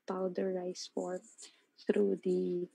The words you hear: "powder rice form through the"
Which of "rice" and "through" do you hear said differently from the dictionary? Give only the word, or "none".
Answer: none